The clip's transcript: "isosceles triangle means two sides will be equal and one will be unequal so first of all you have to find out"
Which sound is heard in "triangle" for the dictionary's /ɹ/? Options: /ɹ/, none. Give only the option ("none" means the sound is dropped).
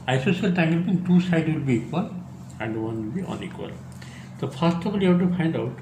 none